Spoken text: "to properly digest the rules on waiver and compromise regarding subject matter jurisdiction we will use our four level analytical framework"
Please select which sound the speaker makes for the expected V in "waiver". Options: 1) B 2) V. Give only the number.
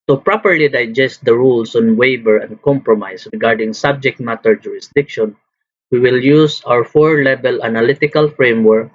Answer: 1